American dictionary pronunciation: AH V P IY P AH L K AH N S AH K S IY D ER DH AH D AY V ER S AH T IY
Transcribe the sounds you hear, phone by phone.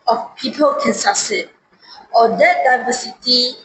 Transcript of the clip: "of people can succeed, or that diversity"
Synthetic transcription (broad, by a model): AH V P IY P AH L K AH N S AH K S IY AO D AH D AY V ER S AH T IY